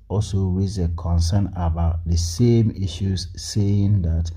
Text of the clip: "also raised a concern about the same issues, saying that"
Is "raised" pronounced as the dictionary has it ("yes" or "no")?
no